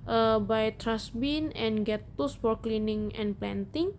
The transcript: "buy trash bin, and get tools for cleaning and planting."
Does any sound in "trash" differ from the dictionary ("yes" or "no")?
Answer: yes